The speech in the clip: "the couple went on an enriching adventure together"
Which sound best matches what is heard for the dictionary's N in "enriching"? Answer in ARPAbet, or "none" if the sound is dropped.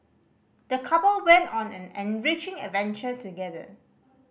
N